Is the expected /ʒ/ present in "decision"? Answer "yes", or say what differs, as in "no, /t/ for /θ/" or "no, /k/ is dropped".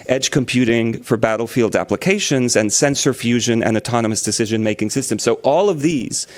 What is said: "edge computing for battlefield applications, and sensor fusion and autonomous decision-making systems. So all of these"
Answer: yes